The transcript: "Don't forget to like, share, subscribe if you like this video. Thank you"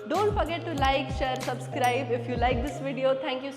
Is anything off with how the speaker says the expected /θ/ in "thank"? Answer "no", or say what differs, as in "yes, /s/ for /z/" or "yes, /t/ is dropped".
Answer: yes, /t/ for /θ/